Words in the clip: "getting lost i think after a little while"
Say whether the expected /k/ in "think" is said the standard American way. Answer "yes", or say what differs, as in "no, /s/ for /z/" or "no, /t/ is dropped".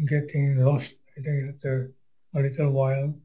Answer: no, /k/ is dropped